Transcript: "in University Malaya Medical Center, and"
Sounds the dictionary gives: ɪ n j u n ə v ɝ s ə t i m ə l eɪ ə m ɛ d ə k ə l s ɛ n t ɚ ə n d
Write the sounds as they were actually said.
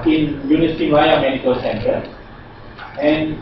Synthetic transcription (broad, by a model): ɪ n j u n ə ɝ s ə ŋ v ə ɪ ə m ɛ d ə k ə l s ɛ n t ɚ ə n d